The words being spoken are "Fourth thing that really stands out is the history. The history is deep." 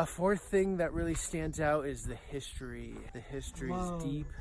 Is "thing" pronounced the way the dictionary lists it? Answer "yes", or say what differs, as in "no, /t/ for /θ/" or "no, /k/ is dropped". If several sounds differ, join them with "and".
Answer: yes